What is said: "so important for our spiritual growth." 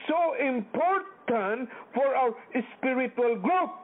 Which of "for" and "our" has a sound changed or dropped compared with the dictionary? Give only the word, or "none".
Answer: our